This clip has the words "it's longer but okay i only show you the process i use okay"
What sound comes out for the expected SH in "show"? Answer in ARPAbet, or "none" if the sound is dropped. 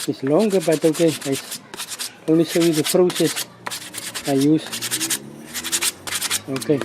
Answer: S